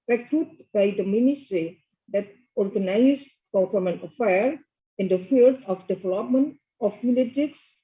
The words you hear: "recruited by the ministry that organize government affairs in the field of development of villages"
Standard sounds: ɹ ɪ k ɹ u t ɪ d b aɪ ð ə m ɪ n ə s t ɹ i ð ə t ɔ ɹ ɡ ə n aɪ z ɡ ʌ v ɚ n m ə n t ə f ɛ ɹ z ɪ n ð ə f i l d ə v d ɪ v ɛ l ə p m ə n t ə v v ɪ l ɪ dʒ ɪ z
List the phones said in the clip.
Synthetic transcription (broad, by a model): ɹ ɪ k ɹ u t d b aɪ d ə m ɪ n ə s t ɹ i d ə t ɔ ɹ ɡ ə n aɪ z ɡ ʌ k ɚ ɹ m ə n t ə f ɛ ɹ ɪ n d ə f i l d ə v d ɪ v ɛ l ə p m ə n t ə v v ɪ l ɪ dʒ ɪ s